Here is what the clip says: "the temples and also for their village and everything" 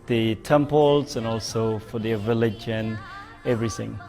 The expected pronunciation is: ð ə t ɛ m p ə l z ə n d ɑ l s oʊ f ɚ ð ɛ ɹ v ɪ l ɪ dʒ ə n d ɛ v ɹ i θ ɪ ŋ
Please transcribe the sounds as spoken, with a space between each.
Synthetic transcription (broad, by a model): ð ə t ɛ m p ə l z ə n ɑ l s oʊ f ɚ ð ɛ v ɪ l ɪ dʒ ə n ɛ v ɹ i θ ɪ ŋ